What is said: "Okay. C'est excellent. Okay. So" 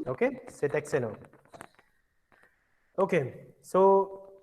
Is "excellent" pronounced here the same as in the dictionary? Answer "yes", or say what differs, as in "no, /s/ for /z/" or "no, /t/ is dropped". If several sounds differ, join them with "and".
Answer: no, /l/ is dropped